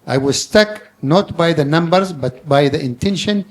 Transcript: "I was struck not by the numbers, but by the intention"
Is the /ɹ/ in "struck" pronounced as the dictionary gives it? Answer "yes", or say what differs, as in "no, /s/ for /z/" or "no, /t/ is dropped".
no, /ɹ/ is dropped